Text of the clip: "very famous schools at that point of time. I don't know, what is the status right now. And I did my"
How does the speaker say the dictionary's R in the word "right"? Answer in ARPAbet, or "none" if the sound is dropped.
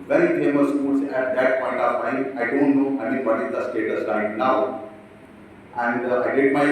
L